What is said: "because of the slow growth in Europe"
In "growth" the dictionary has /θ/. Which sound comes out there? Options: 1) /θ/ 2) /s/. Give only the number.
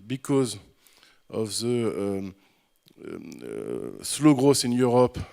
2